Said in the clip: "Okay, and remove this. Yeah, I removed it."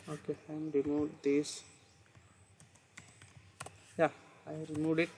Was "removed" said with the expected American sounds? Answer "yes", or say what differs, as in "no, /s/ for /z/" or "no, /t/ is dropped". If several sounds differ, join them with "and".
no, /v/ is dropped